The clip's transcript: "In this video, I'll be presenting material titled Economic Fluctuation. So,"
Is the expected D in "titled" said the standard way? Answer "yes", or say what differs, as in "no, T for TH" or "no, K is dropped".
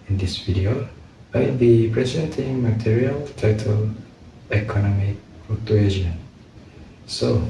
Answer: no, D is dropped